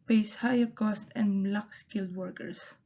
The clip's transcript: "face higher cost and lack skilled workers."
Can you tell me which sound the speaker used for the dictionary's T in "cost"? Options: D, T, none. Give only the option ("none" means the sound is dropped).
T